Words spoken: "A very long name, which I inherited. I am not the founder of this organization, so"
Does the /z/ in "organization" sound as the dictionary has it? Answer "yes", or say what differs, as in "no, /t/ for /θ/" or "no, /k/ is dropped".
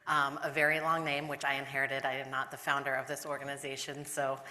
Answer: yes